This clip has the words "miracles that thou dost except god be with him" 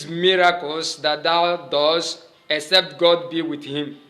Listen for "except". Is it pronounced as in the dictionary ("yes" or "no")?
yes